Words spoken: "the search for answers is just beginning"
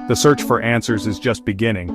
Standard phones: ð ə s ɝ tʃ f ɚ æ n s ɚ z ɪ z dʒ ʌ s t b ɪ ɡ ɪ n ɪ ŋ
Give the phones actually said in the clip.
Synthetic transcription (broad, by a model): ð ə s ɝ tʃ f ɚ æ n s ɚ z ɪ z dʒ ʌ s t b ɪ ɡ ɪ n ɪ ŋ